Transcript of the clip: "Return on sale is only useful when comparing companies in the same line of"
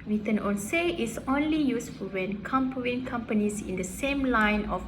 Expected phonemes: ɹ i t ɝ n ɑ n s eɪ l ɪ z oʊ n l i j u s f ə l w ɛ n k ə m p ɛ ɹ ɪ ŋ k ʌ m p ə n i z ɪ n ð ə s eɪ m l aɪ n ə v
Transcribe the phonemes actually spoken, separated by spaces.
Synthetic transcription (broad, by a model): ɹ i t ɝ n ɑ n s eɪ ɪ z oʊ n l i j u s f ə l w ɛ n k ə m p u ɪ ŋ k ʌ m p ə n i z ɪ n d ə s eɪ m l aɪ n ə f